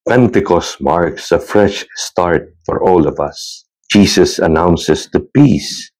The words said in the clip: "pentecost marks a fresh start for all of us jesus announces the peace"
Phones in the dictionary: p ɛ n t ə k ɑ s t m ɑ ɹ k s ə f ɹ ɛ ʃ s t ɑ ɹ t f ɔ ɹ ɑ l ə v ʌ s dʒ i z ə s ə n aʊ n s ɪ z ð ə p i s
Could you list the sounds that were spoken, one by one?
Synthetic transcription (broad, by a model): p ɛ n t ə k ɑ s m ɑ ɹ k s ə f ɹ ɛ ʃ s t ɑ ɹ t f ɔ ɹ ɑ l ə v ʌ s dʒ i s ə s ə n aʊ n s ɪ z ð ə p i s